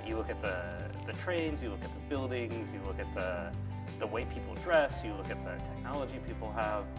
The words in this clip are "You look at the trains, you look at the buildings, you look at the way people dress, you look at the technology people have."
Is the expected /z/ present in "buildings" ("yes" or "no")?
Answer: yes